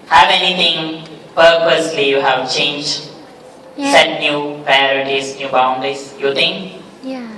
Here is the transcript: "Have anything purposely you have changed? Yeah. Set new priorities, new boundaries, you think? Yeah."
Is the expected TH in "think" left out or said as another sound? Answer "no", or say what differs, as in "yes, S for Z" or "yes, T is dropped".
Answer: yes, T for TH